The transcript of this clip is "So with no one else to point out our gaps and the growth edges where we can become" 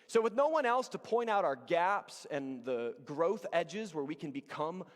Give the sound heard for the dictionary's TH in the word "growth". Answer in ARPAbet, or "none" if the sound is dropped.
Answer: TH